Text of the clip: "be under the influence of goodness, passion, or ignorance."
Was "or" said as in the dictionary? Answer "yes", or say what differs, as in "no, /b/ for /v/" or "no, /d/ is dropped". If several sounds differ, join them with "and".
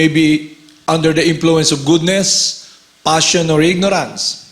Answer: yes